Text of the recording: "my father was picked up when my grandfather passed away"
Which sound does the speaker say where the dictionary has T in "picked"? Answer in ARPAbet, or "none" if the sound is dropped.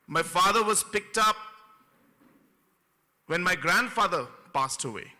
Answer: T